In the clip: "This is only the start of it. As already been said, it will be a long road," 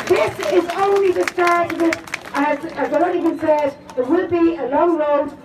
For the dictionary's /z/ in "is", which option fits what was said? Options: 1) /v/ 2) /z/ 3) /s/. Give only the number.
2